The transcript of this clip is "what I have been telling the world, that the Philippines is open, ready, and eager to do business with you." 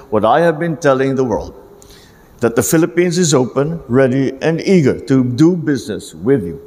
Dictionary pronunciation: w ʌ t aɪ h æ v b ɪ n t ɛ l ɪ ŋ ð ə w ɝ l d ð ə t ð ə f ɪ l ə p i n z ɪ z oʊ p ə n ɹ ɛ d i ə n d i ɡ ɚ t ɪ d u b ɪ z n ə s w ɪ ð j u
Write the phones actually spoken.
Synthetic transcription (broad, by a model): w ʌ t aɪ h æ v b ɪ n t ɛ l ɪ ŋ ð ə w ɝ l d ð ə t ð ə f ɪ l ə p i n z ɪ z oʊ p ə n ɹ ɛ d i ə n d i ɡ ɚ t ɪ d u b ɪ z n ə s w ɪ ð j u